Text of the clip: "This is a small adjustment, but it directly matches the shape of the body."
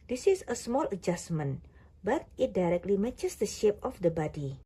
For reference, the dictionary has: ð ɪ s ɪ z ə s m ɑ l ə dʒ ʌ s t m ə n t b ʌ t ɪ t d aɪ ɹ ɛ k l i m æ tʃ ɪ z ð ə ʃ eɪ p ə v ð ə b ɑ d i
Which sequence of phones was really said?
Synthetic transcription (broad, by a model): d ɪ s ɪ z ə s m ɑ l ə dʒ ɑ s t m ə n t b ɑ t ɪ t d aɪ ɹ ɛ k l i m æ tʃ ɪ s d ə ʃ eɪ p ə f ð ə b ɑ d i